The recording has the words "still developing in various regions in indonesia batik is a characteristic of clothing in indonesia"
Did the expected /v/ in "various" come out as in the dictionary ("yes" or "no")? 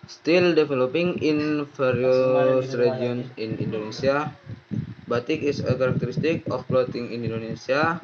no